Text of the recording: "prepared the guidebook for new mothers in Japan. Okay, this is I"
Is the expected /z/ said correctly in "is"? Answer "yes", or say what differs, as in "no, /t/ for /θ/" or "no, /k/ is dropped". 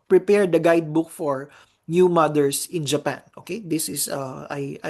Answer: no, /s/ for /z/